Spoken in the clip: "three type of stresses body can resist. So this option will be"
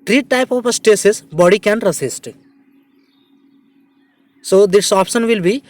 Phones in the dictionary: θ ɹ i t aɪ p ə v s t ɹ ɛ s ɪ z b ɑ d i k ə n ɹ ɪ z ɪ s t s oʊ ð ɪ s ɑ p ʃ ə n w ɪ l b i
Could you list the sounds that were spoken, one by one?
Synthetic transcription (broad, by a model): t ɹ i t aɪ p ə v s t ɛ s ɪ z b ɑ d i k ə n ɹ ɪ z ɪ s t s oʊ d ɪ s ɑ p ʃ ə n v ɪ l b i